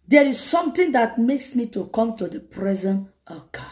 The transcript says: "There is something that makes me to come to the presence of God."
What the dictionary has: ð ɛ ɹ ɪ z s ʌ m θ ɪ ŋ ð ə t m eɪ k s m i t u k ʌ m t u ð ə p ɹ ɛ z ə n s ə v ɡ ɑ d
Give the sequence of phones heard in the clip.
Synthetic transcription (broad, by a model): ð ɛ ɹ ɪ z s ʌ m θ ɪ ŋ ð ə t m eɪ k s m i t u k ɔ m t u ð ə p ɹ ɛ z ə n ə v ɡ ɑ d